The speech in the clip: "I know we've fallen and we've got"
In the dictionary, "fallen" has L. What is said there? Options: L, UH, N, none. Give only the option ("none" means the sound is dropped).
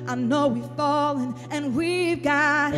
L